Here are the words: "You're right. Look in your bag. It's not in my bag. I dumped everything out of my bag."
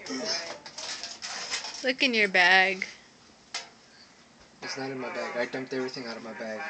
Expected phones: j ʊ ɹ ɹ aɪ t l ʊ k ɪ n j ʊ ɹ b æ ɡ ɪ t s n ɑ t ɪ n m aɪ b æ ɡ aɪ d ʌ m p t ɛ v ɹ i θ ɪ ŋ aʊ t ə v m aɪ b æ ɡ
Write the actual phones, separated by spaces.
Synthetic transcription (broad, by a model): l ʊ k ɪ n j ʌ ɹ b æ ɡ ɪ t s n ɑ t ɪ n m aɪ b æ ɡ aɪ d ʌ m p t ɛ v ɹ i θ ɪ ŋ aʊ t ə v m aɪ b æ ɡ